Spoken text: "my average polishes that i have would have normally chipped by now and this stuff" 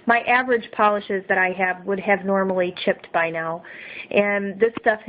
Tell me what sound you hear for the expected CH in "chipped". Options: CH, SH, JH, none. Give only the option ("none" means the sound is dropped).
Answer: CH